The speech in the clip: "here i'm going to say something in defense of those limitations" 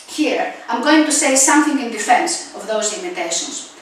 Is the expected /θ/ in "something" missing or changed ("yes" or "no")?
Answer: no